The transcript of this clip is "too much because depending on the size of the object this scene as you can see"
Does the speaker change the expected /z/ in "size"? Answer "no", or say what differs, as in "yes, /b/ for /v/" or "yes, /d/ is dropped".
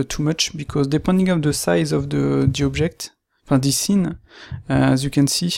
no